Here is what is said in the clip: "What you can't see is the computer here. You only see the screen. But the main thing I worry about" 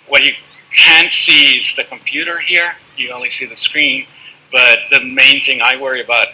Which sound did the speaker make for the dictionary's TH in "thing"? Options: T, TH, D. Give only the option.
TH